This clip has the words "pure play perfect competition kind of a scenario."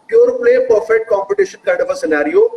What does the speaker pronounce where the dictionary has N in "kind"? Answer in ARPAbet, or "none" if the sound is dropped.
none